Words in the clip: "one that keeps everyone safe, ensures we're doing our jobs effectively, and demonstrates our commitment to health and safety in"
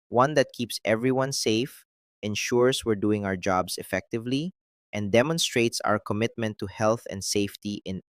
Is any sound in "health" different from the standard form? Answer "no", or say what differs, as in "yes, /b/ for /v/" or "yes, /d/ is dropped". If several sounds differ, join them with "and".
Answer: no